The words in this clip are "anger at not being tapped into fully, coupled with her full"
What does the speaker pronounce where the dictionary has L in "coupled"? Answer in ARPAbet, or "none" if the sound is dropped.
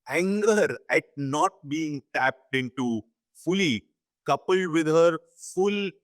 L